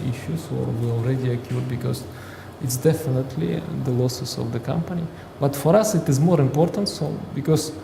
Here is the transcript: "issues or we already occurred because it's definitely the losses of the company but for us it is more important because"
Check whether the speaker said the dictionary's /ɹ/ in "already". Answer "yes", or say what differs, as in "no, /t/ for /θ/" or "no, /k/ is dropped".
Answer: yes